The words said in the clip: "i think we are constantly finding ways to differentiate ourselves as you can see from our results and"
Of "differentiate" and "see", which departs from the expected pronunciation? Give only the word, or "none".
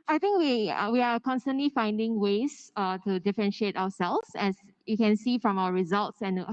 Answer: none